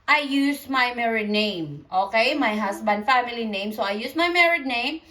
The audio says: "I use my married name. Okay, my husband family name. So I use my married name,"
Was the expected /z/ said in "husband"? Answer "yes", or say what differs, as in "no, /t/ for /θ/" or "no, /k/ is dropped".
no, /s/ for /z/